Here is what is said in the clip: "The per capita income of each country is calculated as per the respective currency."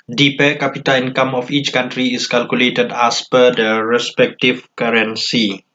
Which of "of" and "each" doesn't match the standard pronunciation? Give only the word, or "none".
of